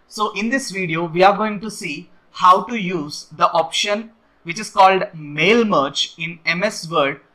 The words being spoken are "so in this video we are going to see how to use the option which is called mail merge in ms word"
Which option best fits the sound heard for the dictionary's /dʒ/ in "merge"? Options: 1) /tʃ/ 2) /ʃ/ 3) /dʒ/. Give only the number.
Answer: 1